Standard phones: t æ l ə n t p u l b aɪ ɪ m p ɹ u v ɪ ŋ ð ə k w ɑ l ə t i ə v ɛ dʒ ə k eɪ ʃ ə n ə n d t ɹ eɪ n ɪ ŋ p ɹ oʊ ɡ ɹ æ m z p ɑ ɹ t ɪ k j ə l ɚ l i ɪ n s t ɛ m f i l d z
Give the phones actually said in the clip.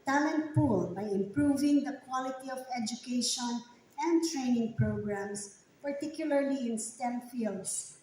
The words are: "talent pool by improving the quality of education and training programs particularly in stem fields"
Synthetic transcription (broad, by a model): t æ l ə n t p u l b aɪ ɪ m p ɹ u v ɪ ŋ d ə k w ɑ l ə t i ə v ɛ dʒ ə k eɪ ʃ ə n ə n d t ɹ eɪ n ɪ ŋ p ɹ oʊ ɡ ɹ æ m s p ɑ ɹ t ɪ k j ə l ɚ l i ɪ n s t ɛ m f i l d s